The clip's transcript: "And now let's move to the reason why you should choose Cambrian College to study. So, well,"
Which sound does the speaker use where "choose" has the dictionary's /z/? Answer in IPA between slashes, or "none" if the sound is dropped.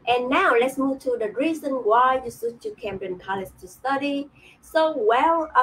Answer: none